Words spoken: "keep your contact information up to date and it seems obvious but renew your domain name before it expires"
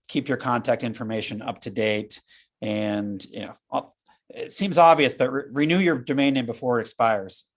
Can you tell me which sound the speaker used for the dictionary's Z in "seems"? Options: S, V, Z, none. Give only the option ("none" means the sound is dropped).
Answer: Z